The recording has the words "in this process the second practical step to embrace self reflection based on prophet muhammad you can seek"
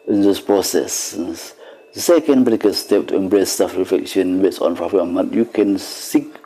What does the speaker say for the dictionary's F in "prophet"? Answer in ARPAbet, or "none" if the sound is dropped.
none